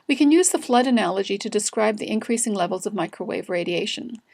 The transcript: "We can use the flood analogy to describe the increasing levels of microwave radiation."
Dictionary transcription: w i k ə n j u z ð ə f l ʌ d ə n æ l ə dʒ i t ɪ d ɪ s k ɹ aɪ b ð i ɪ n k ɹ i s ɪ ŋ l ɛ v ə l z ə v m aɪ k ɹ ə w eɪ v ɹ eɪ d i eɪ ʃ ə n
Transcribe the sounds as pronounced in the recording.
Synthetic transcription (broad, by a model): w i k ə n j u z ð ə f l ʌ d ə n æ l ə dʒ i t ɪ d ɪ s k ɹ aɪ b ð i ɪ n k ɹ i s ɪ ŋ l ɛ v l z ə v m aɪ k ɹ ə w eɪ v ɹ eɪ d i eɪ ʃ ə n